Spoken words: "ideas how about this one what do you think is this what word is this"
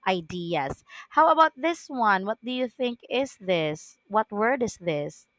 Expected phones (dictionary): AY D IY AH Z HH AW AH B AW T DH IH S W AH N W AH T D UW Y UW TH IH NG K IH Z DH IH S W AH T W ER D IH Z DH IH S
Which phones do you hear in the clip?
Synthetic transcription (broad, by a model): AY D IY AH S HH AW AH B AW T DH IH S W AH N W AH T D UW Y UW TH IH NG K IH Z DH IH S W AH T W ER D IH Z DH IH S